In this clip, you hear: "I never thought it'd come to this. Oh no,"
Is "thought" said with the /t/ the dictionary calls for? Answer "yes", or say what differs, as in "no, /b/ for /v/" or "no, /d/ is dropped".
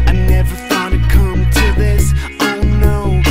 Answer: no, /t/ is dropped